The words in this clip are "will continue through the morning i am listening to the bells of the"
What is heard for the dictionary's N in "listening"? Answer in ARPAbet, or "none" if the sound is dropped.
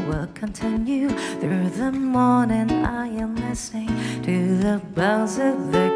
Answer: none